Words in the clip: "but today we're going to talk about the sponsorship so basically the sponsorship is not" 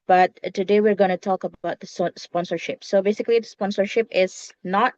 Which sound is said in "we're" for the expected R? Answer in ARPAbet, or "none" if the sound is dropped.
R